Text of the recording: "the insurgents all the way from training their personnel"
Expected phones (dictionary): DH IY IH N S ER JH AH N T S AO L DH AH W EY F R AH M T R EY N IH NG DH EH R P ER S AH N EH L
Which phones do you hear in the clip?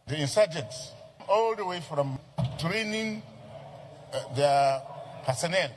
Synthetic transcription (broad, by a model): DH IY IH N S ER JH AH N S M AO L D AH W EY F R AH M T R EY N IH NG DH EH P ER S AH N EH L